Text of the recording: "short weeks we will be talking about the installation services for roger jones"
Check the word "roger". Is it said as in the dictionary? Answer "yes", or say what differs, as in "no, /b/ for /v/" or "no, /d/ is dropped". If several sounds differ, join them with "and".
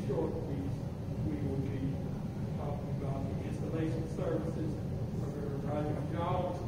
no, /z/ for /dʒ/